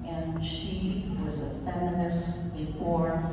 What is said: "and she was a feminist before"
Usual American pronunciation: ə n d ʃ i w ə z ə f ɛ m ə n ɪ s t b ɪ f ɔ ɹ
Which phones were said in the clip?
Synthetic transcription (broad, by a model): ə n ʃ i w ə z ə f ɛ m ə n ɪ s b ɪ f ɔ ɹ